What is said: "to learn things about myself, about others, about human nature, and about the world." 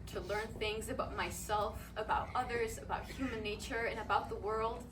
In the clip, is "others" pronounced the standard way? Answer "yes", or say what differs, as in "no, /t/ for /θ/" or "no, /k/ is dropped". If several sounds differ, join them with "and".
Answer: yes